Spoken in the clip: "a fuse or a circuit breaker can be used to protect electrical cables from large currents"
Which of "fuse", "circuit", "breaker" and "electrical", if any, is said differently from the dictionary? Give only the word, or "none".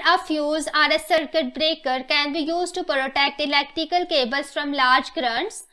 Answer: electrical